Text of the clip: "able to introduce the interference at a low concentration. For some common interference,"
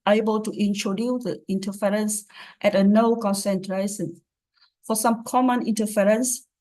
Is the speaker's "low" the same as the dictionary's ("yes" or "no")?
no